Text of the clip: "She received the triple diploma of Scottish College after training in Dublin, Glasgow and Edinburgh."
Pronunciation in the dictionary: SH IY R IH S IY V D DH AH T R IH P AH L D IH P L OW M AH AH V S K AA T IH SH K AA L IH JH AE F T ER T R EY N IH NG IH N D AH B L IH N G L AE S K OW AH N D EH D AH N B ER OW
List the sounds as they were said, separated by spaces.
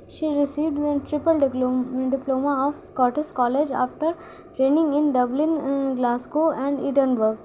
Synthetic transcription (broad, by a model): SH IY R IH S IY V D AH T R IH P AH L D IH P L OW M AH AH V S K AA T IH S K AA L IH JH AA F T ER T R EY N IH NG IH N D AH B L IH N G L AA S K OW AH N D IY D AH N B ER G